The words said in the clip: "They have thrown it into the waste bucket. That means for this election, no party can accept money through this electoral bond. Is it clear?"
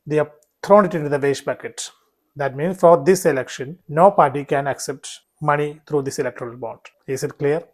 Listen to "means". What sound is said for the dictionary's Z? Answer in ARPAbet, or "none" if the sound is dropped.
none